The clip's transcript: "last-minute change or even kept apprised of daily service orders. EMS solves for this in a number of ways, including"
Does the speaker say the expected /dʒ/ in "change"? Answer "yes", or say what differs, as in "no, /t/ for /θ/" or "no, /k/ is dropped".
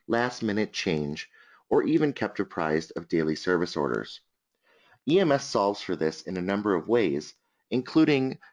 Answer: yes